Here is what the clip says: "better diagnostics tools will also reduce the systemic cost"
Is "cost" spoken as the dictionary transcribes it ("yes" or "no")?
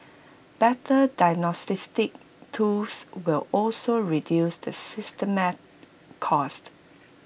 yes